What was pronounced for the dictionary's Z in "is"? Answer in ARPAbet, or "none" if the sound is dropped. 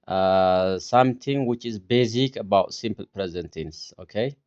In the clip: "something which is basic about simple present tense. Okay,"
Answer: Z